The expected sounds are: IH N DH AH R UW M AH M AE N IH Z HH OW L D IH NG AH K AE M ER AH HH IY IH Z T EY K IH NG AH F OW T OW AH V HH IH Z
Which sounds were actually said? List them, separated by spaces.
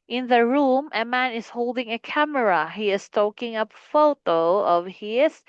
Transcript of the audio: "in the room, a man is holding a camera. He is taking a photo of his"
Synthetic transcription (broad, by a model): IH N DH AH R UW M AH M AE N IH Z HH OW L D IH NG AH K AE M ER AH HH IY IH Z T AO K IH NG AH F OW T OW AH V HH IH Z